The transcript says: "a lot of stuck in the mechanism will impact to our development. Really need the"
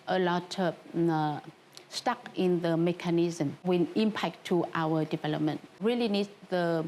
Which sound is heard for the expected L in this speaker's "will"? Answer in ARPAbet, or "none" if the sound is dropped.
N